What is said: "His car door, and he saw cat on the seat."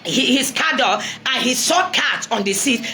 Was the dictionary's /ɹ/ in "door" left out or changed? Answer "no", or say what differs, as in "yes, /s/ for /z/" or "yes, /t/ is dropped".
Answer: yes, /l/ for /ɹ/